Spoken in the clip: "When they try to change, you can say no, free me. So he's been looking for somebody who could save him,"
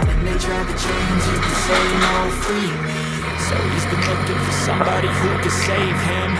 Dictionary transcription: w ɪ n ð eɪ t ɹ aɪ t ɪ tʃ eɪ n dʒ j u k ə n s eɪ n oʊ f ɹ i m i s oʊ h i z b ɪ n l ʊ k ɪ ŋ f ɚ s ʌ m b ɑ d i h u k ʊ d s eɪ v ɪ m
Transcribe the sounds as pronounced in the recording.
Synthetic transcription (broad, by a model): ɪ n ð eɪ t ɹ aɪ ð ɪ tʃ eɪ n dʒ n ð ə s eɪ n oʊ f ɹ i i s oʊ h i z b ɪ n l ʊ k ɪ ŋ f ɚ s ʌ m b ɑ d i h u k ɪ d s eɪ v ɪ m